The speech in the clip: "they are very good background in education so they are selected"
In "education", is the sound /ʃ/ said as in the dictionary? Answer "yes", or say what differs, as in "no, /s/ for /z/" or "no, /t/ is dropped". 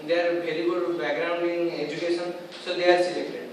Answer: no, /s/ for /ʃ/